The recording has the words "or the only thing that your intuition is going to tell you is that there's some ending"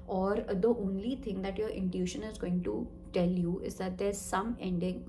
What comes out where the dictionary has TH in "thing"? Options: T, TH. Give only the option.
T